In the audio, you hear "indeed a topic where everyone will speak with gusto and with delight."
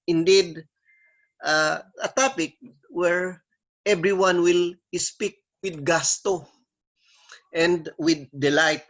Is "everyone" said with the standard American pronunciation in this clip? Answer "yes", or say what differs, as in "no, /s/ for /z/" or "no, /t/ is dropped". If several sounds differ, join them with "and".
no, /b/ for /v/